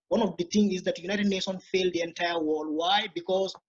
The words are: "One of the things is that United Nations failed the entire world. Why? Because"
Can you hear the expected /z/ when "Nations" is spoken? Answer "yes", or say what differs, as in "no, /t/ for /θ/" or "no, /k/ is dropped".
no, /z/ is dropped